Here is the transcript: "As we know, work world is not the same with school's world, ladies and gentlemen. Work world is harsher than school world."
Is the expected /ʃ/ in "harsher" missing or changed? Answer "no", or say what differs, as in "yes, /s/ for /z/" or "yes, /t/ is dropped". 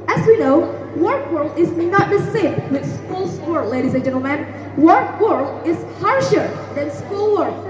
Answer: no